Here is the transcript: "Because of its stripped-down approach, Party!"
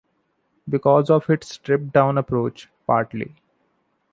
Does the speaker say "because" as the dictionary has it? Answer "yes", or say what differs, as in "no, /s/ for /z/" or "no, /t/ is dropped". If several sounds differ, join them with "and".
yes